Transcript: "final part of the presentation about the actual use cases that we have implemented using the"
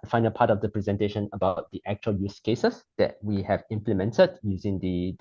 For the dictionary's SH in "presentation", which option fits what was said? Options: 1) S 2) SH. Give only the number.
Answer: 2